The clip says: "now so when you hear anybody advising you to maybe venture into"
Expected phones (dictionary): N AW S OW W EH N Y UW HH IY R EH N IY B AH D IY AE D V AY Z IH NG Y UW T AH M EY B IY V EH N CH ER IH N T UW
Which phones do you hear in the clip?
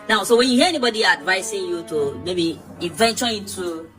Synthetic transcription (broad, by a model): N AW S OW W EH N Y UW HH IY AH EH N IY B AH D IY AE D V AY S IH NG Y UW T AH M EY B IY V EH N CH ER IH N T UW